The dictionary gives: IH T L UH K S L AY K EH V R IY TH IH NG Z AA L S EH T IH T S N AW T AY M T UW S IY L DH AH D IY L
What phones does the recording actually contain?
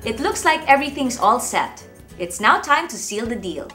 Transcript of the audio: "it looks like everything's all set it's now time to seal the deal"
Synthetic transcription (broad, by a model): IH T L UH K S L AY K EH V R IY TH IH NG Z AA L S EH T IH T S N AW T AY M T UW S IY L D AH D IY L